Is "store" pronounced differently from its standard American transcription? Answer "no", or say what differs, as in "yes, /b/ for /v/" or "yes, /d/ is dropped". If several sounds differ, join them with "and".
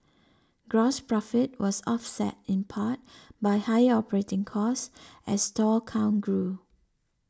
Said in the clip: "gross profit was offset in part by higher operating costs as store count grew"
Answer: yes, /l/ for /ɹ/